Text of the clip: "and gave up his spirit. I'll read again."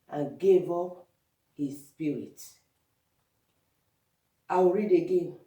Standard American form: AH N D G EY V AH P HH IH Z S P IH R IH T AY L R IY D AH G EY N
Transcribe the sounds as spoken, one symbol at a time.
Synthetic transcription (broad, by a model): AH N G EY V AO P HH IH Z S P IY R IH T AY W R IY D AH G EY N